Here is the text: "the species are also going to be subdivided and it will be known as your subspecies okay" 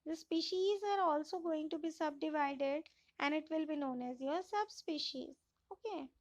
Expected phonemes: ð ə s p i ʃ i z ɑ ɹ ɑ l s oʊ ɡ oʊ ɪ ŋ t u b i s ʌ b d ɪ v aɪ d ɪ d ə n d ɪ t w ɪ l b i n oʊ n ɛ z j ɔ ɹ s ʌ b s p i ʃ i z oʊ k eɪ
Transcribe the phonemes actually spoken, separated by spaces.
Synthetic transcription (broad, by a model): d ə s p i ʃ i z ɑ ɹ ɑ l s oʊ ɡ oʊ ɪ ŋ t u b i s ʌ b d ɪ v aɪ d ɪ d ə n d ɪ t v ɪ l b i n oʊ n ɛ z j ɔ ɹ s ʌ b s p i ʃ i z oʊ k eɪ